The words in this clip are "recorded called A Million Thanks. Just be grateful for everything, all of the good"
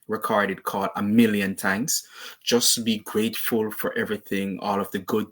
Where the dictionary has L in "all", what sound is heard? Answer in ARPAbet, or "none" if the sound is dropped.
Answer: L